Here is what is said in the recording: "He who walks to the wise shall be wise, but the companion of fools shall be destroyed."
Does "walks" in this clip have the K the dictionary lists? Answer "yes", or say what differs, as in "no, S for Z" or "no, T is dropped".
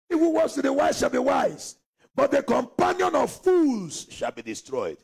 no, K is dropped